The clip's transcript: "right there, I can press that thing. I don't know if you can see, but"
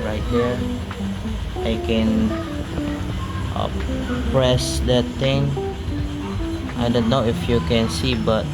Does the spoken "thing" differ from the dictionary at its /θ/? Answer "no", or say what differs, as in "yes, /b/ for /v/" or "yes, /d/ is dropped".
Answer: yes, /t/ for /θ/